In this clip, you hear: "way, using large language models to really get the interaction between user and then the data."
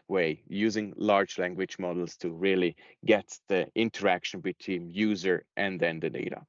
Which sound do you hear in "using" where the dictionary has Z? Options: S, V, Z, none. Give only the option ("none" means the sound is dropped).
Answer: Z